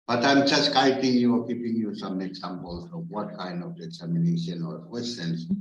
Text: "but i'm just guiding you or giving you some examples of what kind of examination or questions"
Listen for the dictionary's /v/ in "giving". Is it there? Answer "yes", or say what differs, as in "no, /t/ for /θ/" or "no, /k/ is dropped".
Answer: no, /p/ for /v/